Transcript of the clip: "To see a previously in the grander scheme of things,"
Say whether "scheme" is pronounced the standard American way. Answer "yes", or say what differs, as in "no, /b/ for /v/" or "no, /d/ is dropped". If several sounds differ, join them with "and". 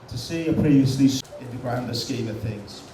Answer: no, /m/ is dropped